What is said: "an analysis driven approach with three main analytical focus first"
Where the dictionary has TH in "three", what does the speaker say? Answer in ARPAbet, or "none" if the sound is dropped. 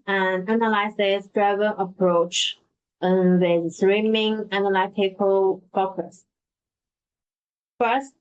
S